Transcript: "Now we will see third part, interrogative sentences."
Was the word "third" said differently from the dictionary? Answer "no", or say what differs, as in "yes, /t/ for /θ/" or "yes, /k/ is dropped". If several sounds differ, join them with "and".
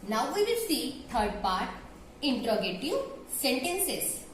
yes, /t/ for /θ/